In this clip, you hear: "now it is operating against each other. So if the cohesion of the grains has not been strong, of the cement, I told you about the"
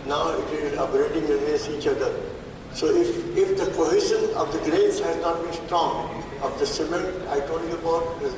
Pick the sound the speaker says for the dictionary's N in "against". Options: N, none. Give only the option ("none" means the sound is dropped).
none